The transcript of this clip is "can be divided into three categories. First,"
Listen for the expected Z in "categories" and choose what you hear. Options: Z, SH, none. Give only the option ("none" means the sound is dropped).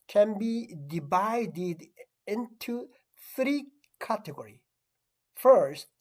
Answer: none